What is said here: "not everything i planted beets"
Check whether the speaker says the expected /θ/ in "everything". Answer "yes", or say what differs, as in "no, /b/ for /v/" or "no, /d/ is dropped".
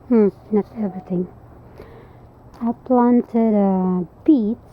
no, /t/ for /θ/